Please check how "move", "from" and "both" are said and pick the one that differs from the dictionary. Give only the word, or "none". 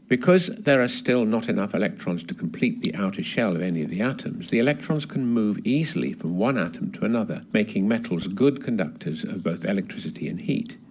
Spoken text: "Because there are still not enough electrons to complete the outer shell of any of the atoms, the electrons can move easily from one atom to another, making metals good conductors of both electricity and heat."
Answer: none